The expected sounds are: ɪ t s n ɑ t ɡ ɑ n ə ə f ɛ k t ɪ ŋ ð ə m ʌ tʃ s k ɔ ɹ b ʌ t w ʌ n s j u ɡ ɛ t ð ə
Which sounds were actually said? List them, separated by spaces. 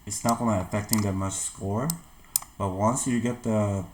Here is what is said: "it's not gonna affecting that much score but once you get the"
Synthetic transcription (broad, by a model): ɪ t s n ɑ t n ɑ ə ə f ɛ k t ɪ ŋ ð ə m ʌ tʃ s k ɔ ɹ b ʌ t w ʌ n s j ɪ ɡ ɛ t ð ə